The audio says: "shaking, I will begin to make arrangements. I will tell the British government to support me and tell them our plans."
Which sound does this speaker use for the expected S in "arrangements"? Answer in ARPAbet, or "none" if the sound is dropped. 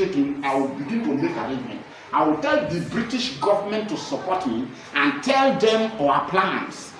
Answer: none